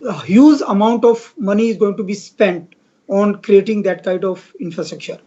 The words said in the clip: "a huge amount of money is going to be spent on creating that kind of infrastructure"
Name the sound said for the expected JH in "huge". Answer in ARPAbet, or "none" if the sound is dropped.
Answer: Z